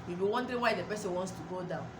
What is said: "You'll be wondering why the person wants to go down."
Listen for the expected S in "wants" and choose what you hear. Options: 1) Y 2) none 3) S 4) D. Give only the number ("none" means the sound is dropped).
3